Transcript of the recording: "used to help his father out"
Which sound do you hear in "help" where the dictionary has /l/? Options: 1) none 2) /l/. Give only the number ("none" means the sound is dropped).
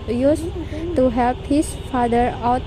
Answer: 2